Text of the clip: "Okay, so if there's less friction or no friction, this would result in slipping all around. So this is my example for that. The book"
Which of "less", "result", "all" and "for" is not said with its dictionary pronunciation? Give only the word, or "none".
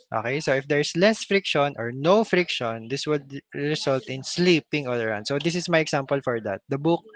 result